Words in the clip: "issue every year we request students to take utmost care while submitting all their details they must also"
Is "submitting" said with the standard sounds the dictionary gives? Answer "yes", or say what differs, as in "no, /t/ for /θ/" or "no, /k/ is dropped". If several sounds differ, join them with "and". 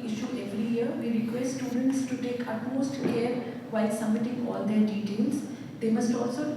no, /b/ is dropped